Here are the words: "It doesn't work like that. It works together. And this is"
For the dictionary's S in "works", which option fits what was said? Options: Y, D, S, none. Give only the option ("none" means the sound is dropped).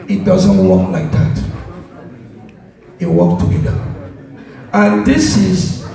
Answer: none